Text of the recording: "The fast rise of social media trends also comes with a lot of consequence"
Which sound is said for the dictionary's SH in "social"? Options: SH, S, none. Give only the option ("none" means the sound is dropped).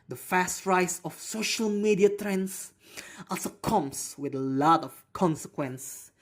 SH